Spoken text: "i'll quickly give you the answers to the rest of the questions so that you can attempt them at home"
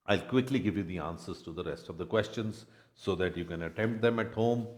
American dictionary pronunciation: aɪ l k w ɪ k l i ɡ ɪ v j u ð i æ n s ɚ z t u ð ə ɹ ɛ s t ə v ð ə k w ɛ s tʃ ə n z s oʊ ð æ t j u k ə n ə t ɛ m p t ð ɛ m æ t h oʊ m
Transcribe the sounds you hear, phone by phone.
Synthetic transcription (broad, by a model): aɪ l k w ɪ k l i ɡ ɪ v j u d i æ n s ɚ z t u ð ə ɹ ɛ s t ə v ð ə k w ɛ s tʃ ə n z s oʊ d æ t j u k ə n ə t ɛ m p t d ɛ m æ t h oʊ m